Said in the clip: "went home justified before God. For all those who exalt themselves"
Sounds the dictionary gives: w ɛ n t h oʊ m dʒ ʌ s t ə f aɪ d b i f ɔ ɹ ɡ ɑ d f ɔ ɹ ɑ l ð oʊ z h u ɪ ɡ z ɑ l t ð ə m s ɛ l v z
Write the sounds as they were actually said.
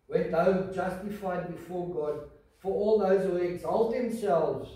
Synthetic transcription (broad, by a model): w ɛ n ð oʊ dʒ ʌ s t ə f aɪ d b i f ɔ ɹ ɡ ɑ d f ɔ ɹ ɑ l ð oʊ z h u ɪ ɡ z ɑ l t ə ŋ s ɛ l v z